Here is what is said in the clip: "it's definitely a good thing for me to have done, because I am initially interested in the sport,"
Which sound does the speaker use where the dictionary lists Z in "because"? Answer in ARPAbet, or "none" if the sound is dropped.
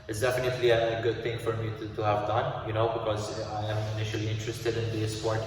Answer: Z